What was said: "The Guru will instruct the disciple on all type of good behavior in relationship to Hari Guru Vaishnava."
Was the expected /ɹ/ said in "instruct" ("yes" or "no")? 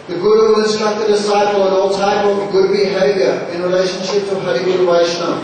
no